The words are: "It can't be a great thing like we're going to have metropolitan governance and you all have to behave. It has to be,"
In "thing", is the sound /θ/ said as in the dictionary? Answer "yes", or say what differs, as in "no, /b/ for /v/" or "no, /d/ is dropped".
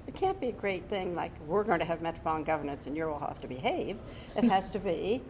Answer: yes